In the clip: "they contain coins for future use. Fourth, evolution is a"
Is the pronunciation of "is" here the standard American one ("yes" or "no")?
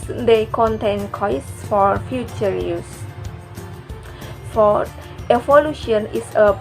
no